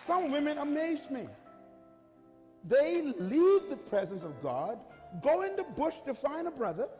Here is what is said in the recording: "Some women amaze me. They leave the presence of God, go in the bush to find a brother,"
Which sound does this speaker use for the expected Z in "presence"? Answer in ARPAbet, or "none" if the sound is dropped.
Z